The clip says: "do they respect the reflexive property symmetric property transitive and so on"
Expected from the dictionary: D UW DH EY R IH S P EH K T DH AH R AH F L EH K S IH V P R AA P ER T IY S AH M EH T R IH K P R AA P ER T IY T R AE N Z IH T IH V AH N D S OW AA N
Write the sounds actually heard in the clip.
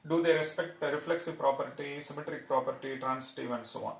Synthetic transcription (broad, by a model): D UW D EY R IH S P EH K T R AH F L EH K S IH V P R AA P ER T IY S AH M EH T R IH K P R AA P ER T IY T R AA N S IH T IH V AH N D S OW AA N